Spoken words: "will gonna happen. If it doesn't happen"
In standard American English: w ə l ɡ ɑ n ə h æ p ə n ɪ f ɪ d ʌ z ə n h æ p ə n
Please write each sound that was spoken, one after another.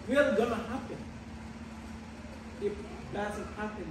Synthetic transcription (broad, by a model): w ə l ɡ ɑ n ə h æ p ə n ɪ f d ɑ s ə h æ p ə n